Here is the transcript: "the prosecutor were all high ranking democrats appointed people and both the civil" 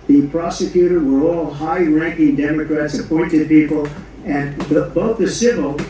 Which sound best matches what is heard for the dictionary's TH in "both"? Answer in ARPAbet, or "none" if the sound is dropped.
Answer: TH